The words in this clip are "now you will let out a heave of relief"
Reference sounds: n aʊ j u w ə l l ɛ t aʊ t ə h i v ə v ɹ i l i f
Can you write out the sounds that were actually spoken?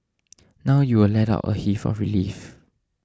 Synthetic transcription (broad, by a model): n aʊ j u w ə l l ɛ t aʊ t ə h i f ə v ɹ i l i f